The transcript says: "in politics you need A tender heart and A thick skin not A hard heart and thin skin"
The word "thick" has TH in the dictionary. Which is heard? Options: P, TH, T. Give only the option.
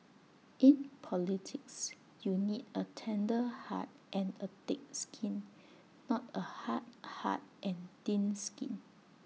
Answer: T